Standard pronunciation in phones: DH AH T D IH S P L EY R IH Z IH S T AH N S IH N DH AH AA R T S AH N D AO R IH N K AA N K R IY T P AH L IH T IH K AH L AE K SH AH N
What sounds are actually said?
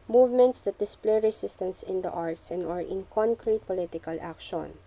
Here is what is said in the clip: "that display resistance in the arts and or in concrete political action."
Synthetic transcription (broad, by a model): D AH T D IH S P L EY R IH S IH S T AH N S IH N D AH AA R T S AH N D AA R IH N K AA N K R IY T P AH L IH T IH K AH L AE K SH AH N